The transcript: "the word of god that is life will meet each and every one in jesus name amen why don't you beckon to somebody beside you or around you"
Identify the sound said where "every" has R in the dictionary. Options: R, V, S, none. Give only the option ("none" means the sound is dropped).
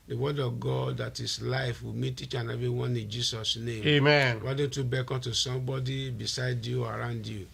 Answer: none